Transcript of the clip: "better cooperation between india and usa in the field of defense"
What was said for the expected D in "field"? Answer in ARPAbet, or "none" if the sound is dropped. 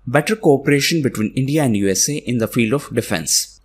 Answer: D